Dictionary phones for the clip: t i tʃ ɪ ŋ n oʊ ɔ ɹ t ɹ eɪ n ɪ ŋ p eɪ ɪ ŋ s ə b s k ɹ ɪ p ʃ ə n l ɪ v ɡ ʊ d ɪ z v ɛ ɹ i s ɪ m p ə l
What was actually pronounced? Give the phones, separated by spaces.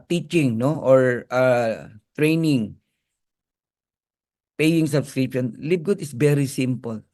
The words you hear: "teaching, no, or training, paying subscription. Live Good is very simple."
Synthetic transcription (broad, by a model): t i tʃ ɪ ŋ n oʊ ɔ ɹ t ɹ eɪ n ɪ ŋ p eɪ ɪ ŋ s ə b s k ɹ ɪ p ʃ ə n l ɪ b ɡ ʊ d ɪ s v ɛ ɹ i s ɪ m p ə l